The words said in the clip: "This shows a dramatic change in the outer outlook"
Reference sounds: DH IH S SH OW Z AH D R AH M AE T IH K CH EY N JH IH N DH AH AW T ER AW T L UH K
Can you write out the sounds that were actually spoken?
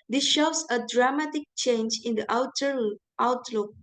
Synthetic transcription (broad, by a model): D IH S SH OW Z AH D R AH M AE T IH K CH EY N JH IH N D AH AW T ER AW T L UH K